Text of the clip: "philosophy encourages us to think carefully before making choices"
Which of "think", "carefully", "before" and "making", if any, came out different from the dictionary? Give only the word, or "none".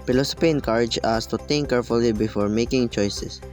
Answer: think